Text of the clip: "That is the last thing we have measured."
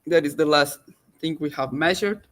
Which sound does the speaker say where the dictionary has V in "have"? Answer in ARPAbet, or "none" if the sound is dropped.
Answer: V